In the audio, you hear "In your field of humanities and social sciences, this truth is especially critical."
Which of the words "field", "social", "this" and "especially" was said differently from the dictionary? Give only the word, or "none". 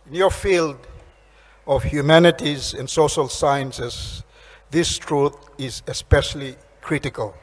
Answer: none